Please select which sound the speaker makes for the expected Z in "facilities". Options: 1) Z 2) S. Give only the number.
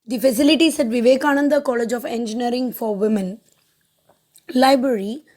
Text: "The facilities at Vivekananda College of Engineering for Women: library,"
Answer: 2